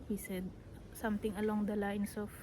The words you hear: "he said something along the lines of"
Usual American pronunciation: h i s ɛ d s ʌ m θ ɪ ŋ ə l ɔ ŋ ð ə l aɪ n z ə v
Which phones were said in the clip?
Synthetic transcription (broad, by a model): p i s ɛ d s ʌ m t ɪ ŋ ə l ɔ ŋ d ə l aɪ n s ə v